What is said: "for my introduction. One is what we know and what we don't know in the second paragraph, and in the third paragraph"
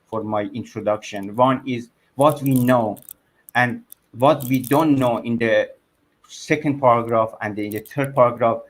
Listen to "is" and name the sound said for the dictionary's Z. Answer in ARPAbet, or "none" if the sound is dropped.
Z